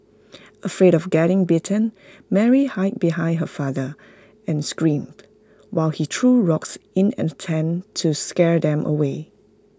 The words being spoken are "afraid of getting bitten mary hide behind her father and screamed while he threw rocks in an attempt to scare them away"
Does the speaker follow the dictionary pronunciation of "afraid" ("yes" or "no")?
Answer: yes